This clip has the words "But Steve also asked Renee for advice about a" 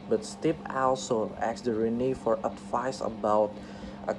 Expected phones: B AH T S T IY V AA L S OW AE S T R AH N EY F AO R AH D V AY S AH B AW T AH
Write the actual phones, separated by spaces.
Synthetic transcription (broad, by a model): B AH T S T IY P AA L S OW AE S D R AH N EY F AO R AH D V AY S AH B AW T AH